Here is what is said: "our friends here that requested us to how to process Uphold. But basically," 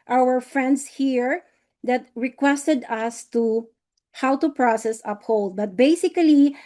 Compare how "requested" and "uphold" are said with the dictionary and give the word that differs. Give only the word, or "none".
none